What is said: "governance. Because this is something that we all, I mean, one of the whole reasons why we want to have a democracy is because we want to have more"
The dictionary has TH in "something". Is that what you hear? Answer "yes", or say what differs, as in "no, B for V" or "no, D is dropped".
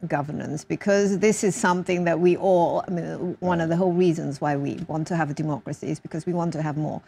yes